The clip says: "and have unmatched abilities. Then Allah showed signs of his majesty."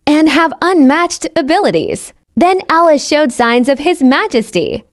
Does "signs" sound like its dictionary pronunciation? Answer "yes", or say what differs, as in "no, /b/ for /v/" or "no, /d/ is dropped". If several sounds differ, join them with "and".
yes